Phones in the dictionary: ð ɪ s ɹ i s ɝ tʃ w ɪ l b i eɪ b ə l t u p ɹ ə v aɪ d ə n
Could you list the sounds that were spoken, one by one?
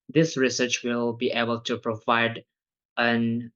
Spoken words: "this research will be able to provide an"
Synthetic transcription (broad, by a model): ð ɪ s ɹ i s ɝ tʃ w ɪ l b i eɪ b ə l t u p ɹ ə v aɪ d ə n